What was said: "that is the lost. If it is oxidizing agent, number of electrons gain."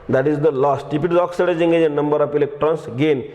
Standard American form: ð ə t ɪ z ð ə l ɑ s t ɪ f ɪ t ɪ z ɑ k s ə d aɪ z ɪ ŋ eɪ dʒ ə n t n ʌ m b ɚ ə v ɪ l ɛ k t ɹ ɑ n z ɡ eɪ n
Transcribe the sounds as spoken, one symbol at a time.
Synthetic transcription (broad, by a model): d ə t ɪ z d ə l ɑ s t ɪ p ɪ t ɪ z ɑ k s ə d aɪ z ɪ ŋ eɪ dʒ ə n n ʌ m b ɚ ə p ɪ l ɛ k t ɹ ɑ n s ɡ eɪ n